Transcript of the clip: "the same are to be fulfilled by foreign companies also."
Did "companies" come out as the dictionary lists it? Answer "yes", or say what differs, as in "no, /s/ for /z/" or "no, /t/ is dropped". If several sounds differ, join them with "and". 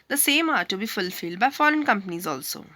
yes